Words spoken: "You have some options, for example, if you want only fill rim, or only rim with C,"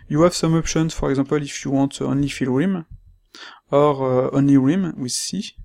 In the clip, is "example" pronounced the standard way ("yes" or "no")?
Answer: no